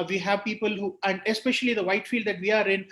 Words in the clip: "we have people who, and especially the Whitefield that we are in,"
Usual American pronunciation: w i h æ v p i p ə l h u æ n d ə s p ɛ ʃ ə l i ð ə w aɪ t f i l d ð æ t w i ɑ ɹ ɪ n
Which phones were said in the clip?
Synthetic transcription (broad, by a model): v i h æ v p i p ə l h u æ n d ə s p ɛ ʃ ə l i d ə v aɪ t f i l d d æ t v i ɑ ɹ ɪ n